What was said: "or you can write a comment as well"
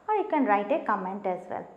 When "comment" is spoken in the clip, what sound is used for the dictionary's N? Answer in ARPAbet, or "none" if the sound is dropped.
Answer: N